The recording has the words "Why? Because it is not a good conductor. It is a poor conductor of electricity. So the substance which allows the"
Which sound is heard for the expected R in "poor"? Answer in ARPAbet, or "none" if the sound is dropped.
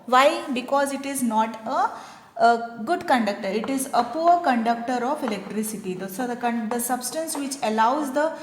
R